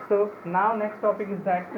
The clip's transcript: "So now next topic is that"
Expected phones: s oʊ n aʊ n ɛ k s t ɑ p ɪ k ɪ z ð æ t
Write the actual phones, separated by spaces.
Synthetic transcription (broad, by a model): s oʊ n aʊ n ɛ k s t ɑ p ɪ k ɪ z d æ t